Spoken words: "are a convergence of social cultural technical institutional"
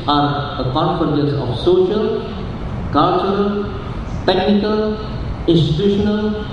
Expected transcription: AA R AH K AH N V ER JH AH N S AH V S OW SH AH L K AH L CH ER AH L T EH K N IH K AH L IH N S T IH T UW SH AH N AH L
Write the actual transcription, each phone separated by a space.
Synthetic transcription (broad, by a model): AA R AH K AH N F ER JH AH S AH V S OW SH AH L K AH L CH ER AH L T EH K N IH K AH L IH N S T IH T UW SH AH N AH L